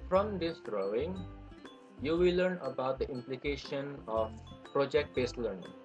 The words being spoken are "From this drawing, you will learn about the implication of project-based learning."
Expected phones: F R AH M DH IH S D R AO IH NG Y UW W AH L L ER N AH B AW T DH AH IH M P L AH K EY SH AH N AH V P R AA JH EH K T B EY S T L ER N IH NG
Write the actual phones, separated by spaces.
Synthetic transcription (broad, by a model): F R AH M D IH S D R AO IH NG Y UW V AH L L ER N AH B AW T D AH IH M P L AH K EY SH AH N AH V P R AA JH EH K T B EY S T L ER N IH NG